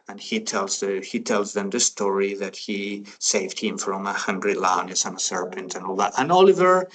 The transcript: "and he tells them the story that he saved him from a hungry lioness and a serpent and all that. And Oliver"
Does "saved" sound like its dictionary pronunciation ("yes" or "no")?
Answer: yes